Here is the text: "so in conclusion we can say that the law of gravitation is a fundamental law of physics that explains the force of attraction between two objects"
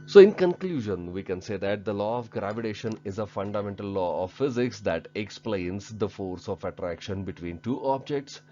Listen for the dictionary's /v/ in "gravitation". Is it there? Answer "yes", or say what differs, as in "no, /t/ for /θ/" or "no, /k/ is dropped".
yes